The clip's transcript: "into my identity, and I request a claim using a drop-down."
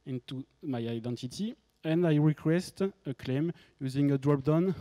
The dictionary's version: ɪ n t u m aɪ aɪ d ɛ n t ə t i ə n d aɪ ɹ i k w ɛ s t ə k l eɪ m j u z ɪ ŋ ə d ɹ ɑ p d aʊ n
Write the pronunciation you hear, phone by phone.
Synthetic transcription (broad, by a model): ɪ n t u m aɪ aɪ d ɛ n t ə t i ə n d aɪ ɹ i k w ɛ s t ə k l eɪ m j u z ɪ ŋ ə d ɹ ɑ p d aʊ n